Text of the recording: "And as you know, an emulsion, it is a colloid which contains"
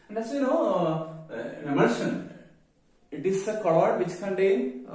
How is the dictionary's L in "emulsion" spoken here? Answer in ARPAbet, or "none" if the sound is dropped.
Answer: none